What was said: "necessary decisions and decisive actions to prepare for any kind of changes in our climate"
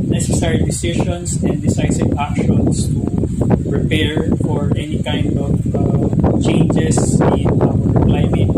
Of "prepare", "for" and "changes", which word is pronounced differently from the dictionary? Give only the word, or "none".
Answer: changes